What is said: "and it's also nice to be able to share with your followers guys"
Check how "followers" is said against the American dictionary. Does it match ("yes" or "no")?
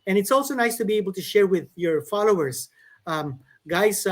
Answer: no